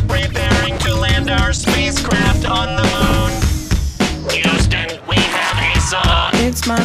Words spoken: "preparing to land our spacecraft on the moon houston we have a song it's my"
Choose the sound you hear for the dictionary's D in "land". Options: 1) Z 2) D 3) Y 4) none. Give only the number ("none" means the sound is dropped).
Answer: 2